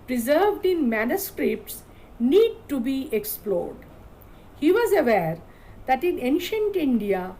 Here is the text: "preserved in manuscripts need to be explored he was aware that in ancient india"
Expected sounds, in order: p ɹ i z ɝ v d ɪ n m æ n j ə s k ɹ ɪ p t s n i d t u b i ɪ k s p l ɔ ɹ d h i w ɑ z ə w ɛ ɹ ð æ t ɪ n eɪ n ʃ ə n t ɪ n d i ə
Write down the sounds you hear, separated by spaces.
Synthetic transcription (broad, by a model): p ɹ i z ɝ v d ɪ n m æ n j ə s k ɹ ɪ p t s n i d t u b i ɪ k s p l ɔ ɹ d h i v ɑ z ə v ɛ ɹ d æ t ɪ n eɪ n ʃ ə n t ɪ n d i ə